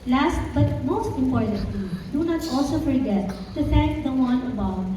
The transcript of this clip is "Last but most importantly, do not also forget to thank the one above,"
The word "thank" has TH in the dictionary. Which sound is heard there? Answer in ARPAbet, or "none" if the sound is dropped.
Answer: T